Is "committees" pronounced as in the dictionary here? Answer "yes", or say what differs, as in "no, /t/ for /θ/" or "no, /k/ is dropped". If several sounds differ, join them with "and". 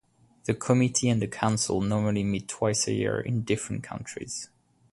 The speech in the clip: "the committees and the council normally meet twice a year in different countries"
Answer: no, /z/ is dropped